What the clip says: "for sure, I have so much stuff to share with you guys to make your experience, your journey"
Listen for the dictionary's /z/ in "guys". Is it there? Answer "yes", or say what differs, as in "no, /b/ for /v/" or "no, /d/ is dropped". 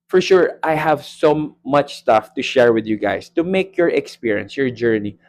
no, /s/ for /z/